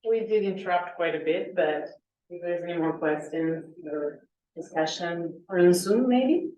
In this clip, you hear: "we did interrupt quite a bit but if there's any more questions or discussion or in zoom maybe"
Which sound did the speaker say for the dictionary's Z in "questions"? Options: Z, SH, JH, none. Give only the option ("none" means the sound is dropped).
none